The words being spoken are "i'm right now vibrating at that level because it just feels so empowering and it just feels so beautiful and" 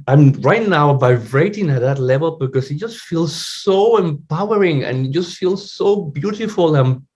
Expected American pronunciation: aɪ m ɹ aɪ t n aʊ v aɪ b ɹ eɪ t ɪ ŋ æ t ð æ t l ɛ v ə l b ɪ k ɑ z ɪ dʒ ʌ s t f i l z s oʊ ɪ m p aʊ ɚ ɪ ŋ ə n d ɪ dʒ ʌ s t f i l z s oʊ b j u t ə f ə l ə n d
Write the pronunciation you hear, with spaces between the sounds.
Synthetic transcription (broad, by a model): aɪ m ɹ aɪ t n aʊ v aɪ ɹ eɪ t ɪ ŋ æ t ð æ t l ɛ v ə l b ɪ k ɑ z ɪ dʒ ʌ s t f i l z s oʊ ɪ m p aʊ ɚ ɪ ŋ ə n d dʒ ʌ s t f i l z s oʊ b j u t ə f ə l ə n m